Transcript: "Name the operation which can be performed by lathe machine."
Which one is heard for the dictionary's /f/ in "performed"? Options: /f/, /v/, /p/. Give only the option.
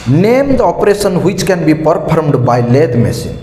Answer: /p/